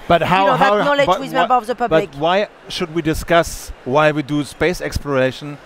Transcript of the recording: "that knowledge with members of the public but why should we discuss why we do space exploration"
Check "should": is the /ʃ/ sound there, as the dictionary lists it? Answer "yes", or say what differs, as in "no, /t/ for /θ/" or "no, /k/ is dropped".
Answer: yes